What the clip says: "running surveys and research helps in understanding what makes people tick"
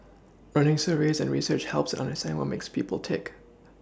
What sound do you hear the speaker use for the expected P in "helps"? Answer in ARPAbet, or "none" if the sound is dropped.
P